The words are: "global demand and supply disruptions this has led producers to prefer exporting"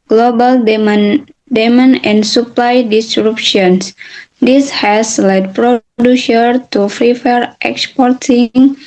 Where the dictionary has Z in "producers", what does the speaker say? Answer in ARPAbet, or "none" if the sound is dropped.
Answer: none